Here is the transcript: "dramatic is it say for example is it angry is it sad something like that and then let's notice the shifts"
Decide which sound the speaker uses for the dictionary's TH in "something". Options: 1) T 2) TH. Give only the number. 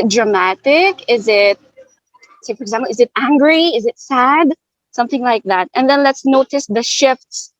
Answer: 2